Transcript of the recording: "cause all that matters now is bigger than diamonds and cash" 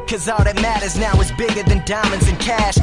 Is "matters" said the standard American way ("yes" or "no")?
yes